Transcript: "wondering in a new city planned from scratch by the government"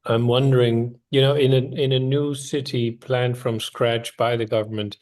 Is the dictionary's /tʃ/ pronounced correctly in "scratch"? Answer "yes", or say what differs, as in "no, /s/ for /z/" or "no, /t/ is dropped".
yes